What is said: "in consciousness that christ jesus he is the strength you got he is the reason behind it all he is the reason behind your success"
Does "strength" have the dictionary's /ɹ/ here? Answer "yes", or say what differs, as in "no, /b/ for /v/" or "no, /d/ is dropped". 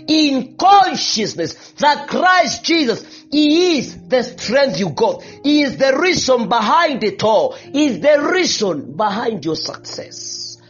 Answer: yes